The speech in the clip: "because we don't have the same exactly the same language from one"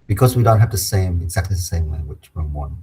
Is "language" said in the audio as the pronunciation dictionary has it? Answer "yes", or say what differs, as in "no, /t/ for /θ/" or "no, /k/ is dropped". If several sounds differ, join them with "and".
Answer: no, /w/ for /l/